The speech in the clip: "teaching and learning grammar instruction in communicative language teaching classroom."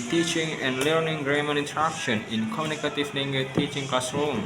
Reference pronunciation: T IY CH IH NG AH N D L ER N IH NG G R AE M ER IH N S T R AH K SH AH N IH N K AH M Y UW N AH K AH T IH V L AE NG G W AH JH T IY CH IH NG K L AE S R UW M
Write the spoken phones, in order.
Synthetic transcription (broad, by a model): T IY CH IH NG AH N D L ER N IH NG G R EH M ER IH N T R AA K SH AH N IH N K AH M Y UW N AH K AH T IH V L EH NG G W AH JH T IY CH IH NG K L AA S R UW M